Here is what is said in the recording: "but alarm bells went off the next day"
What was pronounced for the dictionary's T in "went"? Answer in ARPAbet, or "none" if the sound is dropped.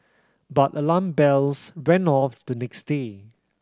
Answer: none